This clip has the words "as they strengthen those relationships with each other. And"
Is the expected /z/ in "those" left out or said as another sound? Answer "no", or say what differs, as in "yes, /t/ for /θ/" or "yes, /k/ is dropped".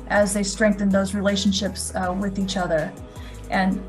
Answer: no